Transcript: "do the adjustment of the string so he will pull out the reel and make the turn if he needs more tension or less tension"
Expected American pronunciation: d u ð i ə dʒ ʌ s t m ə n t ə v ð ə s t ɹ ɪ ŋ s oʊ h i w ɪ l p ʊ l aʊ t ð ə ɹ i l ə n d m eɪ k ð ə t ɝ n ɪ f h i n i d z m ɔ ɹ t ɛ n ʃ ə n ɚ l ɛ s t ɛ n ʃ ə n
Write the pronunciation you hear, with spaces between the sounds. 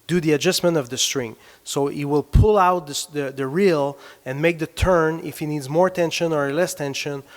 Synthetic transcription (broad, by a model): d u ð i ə dʒ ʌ s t m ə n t ə v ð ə s t ɹ ɪ ŋ s oʊ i w ɪ l p ʊ l aʊ t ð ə ɹ i l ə n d m eɪ k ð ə t ɝ n ɪ f h i n i d z m ɔ ɹ t ɛ n ʃ ə n ɚ l ɛ s t ɛ n ʃ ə n